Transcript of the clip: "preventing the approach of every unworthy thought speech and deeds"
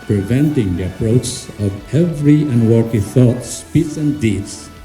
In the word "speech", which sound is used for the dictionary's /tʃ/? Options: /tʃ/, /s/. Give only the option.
/s/